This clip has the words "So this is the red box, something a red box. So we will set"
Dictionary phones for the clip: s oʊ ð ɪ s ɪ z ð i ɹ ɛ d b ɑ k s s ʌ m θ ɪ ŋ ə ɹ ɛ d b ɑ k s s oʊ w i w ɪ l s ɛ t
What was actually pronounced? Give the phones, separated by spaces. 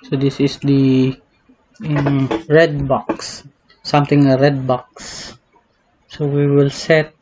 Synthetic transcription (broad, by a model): s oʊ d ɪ s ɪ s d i ɹ ɛ d b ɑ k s s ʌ m t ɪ ŋ ə ɹ ɛ d b ɑ k s s oʊ w i w ɪ l s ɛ t